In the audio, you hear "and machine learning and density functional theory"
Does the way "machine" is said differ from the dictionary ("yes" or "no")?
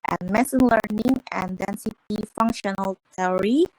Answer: yes